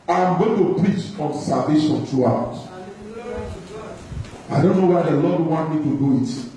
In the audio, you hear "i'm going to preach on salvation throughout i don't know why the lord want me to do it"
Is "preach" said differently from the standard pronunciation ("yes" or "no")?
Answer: no